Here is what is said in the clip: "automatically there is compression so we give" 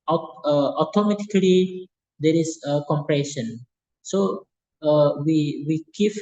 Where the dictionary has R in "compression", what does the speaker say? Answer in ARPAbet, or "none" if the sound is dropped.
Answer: R